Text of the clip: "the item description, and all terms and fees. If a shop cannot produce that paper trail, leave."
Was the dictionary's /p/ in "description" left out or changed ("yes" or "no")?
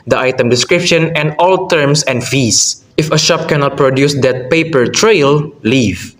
no